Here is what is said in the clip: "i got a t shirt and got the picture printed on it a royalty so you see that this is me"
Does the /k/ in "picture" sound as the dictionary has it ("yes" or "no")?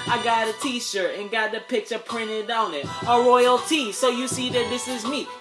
yes